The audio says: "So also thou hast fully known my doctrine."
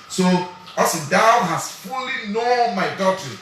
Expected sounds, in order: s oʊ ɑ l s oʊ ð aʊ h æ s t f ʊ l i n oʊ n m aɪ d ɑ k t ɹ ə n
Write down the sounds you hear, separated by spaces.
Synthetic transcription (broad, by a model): s oʊ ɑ s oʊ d aʊ h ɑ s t f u l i n oʊ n m aɪ d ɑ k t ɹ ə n